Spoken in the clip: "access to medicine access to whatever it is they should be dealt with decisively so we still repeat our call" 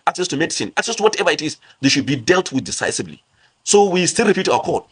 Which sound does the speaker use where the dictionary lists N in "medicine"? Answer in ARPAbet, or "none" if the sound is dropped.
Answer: N